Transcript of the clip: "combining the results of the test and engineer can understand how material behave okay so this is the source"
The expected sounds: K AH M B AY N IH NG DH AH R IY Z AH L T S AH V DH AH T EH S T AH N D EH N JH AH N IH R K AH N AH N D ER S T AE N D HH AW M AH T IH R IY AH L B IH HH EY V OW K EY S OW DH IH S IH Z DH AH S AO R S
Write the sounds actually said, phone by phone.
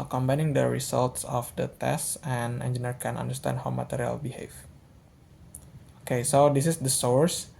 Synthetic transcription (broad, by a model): K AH M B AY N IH NG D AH R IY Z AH L T S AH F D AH T EH S T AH N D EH N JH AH N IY R K AH N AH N D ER S T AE N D HH AW M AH T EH R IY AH L B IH HH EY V OW K EY S OW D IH S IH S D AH S AO R S